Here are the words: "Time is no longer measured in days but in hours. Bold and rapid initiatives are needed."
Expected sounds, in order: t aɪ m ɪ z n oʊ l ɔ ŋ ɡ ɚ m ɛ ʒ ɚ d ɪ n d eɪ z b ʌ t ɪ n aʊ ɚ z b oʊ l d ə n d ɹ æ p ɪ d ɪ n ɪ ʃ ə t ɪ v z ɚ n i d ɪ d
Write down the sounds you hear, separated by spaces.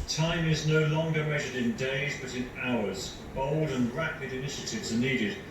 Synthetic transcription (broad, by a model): t aɪ m ɪ z n oʊ l ɔ ŋ ɡ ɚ m ɛ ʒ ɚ d ɪ n d eɪ z b ʌ t ɪ n aʊ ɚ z b oʊ l d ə n ɹ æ p ɪ d ɪ n ɪ ʃ ə t ɪ v z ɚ n i d ɪ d